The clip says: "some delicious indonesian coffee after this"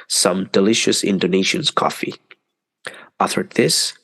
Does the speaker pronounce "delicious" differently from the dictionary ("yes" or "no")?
no